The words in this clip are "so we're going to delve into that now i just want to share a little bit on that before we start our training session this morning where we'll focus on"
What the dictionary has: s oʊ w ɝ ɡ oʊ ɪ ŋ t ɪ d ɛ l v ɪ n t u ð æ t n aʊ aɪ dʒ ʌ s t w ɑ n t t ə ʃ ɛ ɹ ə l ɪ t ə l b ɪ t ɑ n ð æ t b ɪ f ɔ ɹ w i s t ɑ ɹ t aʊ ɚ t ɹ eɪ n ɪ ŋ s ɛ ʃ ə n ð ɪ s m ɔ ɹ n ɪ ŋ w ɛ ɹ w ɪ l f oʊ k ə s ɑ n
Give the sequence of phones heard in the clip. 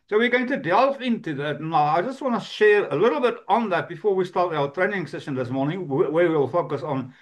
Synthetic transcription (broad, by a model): s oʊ w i ɡ oʊ ɪ ŋ t ɪ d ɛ l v ɪ n t u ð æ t n aʊ aɪ dʒ ʌ s t w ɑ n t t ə ʃ ɛ ɹ ə l ɪ t l b ɪ t n ð æ t b ɪ f ɔ ɹ w i s t ɑ ɹ t aʊ ɚ t ɹ eɪ n ɪ ŋ s ɛ ʃ ə n ð ɪ s m ɔ ɹ n ɪ ŋ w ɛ w w ɪ l f oʊ k ə s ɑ n